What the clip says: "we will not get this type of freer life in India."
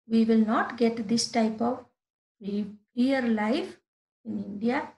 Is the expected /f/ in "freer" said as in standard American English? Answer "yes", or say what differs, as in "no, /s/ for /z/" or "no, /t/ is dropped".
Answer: no, /p/ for /f/